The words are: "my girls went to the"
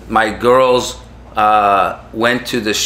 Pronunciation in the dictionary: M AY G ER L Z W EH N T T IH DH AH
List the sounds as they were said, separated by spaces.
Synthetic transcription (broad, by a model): M AY G ER L Z W EH N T T IH DH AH